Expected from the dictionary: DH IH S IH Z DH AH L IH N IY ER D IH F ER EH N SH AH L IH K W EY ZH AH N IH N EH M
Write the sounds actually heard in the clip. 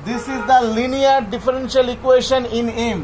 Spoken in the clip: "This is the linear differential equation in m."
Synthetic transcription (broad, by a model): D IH S IH Z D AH L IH N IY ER D IH F ER EH N SH AH L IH K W EY SH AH N IH N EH M